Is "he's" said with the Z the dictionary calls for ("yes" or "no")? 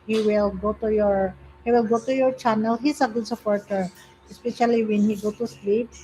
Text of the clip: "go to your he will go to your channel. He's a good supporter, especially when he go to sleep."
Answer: no